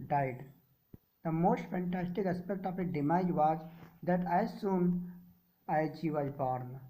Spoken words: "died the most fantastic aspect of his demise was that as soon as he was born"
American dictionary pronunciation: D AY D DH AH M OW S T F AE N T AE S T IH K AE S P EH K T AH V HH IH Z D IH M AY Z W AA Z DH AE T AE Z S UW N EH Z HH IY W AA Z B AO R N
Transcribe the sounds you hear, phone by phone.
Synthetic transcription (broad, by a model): D AY D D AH M OW S T F AE N T AE S T IH K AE S P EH K T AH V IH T D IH M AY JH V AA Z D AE T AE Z S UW N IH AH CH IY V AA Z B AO R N